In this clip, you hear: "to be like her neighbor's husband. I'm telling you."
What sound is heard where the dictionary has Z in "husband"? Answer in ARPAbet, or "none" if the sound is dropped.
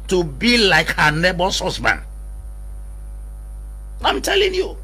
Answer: S